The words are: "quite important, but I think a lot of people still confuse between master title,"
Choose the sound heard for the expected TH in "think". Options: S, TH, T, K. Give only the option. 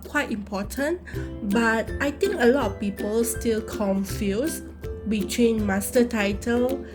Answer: T